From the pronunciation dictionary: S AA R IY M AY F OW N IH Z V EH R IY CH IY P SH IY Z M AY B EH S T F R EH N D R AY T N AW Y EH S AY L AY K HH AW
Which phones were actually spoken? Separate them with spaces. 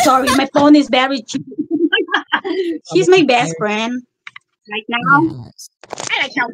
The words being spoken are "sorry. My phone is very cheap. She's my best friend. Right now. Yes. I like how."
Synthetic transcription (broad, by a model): S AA R IY M AY F OW N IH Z B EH R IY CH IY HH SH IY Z M AY B EH S T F R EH N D R AY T N AW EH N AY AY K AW